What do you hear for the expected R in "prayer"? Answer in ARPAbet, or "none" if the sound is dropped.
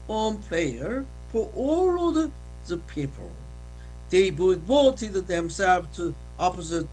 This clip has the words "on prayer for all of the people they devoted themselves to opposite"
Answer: L